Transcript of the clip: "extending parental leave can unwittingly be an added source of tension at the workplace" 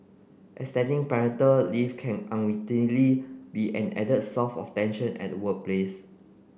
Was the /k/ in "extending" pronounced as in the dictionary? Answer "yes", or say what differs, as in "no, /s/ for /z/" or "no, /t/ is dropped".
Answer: no, /k/ is dropped